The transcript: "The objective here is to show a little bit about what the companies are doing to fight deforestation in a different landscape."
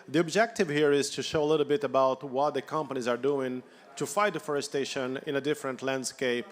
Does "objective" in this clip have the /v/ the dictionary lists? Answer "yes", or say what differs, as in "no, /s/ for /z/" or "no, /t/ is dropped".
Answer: yes